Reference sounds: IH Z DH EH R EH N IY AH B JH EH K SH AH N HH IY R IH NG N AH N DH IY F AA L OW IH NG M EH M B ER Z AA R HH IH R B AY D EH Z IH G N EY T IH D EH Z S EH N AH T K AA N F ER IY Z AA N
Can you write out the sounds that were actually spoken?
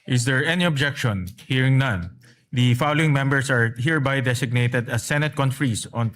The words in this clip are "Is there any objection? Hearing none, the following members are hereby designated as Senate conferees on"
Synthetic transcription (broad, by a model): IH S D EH R EH N IY AH B JH EH K SH AH N HH IY R IH NG N AH N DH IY F AA L OW IH NG M EH M B ER S AA R HH IH R B AY D EH S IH G N EY T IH D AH S EH N AH T K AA N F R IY S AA N